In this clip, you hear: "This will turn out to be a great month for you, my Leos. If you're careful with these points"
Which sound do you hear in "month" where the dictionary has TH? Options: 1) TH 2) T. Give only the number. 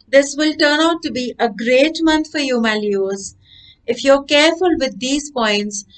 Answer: 2